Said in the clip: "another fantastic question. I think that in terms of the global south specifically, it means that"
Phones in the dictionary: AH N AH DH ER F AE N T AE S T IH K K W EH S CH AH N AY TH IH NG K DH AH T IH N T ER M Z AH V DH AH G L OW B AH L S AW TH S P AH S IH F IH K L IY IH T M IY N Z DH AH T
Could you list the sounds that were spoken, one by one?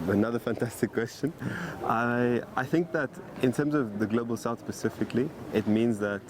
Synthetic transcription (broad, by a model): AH N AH DH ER F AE N T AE S T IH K K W EH S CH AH N AY TH IH NG K DH AH T IH N T ER M Z AH V DH AH G L OW B AH L S AW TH S P AH S IH F IH K L IY IH T M IY N Z DH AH T